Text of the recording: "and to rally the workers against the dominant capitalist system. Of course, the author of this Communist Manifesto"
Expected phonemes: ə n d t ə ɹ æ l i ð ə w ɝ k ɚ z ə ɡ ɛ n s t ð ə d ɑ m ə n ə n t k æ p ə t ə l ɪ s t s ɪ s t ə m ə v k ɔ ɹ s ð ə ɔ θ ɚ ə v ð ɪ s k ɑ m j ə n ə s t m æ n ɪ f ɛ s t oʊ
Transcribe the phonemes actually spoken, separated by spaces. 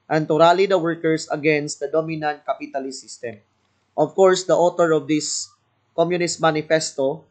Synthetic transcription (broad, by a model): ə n t ə ɹ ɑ l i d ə w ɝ k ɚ s ə ɡ ɛ n s t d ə d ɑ m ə n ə n t k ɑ p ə t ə l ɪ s s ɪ s t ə m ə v k ɔ ɹ s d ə ɔ t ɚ ə v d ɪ s k ɑ m j ə n ə s t m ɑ n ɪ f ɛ s t oʊ